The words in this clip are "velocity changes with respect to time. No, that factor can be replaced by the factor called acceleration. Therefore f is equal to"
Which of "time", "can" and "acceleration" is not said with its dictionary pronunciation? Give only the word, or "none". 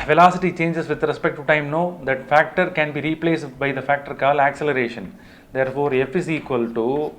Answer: none